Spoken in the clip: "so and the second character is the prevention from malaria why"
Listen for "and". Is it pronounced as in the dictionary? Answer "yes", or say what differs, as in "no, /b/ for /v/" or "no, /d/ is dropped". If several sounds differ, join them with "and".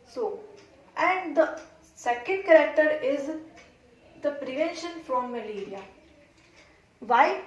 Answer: yes